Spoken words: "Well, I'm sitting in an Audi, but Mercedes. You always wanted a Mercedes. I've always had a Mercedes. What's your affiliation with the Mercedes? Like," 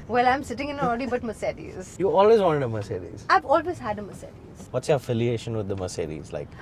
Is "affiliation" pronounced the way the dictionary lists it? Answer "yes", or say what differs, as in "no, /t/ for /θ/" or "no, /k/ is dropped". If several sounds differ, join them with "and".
yes